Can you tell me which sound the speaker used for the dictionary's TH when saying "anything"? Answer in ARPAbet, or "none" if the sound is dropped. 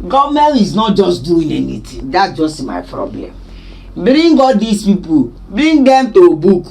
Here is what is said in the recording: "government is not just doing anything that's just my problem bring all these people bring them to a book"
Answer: T